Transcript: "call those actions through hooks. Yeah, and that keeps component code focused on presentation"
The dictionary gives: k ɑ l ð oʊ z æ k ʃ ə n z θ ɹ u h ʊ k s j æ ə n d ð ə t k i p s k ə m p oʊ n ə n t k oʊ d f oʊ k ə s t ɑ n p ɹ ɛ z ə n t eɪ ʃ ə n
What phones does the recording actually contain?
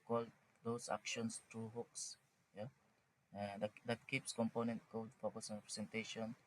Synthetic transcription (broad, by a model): k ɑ l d oʊ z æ k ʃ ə n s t ɹ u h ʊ k s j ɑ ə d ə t k i p s k ə m p oʊ n ə n t k oʊ d f oʊ k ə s ɑ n p ɹ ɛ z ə n t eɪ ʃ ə n